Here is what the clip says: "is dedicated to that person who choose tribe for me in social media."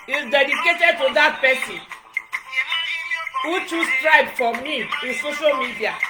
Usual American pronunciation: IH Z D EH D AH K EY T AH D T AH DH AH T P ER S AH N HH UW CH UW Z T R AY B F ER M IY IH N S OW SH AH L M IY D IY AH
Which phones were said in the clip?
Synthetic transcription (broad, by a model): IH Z D EH D AH K EY T AH D T AH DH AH T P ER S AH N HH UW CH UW S T R AY B F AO M IY IH N S OW SH AH L M IY D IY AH